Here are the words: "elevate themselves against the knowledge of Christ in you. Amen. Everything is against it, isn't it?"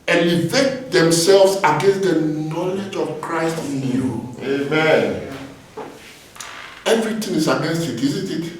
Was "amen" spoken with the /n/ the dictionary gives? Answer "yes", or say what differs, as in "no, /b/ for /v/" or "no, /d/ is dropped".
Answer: yes